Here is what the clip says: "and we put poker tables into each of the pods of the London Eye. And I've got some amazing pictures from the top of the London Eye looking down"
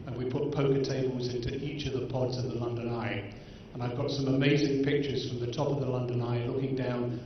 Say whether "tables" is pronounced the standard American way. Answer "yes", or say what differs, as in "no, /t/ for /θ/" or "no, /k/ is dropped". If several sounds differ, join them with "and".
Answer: yes